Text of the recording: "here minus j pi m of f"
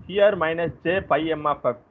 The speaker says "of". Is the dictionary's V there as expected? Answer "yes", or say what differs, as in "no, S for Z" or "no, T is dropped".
no, P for V